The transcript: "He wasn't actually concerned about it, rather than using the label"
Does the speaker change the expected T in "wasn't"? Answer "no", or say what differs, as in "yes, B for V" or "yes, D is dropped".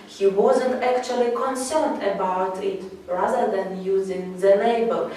no